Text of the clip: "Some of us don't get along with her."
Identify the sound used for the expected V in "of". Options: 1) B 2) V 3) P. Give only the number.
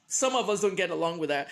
2